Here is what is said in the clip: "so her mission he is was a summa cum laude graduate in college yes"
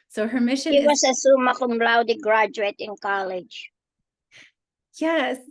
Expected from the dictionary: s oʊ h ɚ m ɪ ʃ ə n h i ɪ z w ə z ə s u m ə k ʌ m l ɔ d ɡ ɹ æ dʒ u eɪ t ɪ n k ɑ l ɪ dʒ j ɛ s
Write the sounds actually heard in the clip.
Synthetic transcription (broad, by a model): s oʊ h ɚ m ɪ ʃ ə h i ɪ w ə s ə s u m ə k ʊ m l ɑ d ɡ ɹ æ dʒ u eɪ t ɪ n k ɑ l ɪ dʒ j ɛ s